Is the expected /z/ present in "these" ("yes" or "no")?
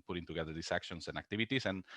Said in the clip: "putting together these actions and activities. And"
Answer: no